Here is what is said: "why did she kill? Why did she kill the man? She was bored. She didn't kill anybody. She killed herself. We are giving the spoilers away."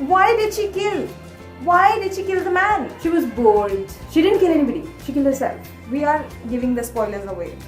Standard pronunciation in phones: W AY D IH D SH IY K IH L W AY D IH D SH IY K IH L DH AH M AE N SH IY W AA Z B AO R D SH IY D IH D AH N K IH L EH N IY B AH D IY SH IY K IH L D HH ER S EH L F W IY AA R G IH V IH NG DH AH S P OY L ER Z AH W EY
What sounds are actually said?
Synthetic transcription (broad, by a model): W AY D IH D SH IY K IH L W AY D IH D SH IY K IH L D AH M AE N SH IY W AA Z B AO L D SH IY D IH D AH N K IH L EH N IY B AH D IY SH IY K IH L D HH ER S EH L F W IY AA R G IH V IH NG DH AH S P OY L ER Z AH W EY